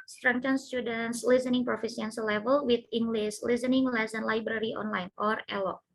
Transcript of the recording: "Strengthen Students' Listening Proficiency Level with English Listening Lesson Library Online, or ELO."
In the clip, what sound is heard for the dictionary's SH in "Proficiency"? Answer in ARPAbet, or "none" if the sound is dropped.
S